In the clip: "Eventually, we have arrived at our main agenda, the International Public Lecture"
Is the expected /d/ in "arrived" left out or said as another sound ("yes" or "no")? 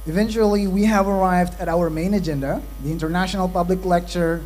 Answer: no